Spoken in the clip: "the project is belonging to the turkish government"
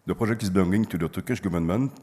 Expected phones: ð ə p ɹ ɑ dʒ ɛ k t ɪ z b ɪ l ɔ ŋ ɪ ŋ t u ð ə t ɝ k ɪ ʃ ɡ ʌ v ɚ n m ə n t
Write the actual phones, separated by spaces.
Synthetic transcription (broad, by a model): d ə p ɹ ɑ ʒ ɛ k ɪ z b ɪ ɔ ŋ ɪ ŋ t u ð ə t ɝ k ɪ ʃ ɡ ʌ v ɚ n m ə n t